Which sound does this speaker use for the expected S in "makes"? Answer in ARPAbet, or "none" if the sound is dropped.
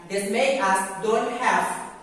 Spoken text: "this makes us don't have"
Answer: none